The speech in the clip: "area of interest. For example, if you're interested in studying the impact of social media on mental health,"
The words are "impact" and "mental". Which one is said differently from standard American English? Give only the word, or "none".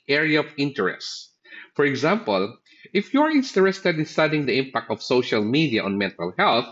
none